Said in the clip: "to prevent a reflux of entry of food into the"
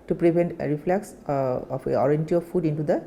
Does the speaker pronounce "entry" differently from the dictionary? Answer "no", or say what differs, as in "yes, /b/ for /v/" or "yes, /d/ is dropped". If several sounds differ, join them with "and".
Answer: yes, /ɹ/ is dropped